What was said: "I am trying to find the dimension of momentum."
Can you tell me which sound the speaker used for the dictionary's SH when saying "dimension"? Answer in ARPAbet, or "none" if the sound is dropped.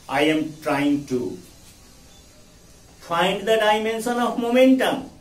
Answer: S